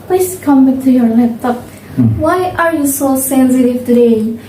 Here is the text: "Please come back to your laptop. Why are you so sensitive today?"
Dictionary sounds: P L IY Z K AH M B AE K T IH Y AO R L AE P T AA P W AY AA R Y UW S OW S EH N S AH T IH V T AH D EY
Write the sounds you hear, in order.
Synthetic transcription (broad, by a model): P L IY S K AH M B AE K T IH Y AO R N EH T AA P W AY AA R Y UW S OW S EH N S AH T IH V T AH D EY